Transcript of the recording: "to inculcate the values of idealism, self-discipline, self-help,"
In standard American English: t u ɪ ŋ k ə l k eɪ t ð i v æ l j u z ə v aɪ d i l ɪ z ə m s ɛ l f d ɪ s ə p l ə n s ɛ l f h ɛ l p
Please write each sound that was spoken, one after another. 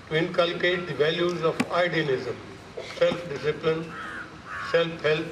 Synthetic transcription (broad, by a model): t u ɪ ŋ k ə l k eɪ t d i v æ l j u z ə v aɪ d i n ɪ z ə m s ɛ l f d ɪ s ə p l ə n s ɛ l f h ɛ l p